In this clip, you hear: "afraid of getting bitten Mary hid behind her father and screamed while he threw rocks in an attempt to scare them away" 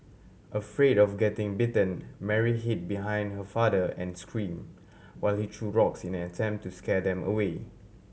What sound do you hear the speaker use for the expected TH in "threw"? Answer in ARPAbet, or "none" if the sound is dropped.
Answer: T